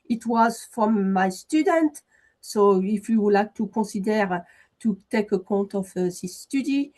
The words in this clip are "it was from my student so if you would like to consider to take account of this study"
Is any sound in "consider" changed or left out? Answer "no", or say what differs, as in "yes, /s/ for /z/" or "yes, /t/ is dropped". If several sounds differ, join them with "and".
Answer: yes, /n/ is dropped